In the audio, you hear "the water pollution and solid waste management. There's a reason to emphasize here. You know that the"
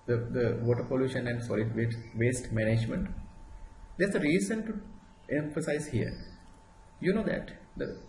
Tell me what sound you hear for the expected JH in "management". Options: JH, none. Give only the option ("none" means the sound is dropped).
JH